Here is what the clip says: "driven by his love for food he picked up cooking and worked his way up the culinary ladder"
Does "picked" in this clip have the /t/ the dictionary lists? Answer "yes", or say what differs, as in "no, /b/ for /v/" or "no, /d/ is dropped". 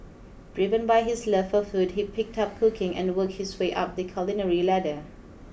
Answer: yes